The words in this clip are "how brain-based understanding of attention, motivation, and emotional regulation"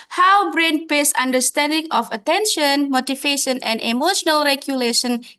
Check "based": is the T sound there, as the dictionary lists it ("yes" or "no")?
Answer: no